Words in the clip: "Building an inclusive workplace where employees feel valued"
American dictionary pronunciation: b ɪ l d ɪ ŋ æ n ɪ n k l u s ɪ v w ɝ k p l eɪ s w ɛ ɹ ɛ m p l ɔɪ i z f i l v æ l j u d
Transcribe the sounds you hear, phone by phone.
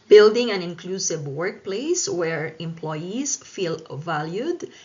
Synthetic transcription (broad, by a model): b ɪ l d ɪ ŋ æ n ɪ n k l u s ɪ v w ɝ k p l eɪ s w ɛ ɹ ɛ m p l ɔɪ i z f i l v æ l j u d